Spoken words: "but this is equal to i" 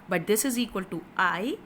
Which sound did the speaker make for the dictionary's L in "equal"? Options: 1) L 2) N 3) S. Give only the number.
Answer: 1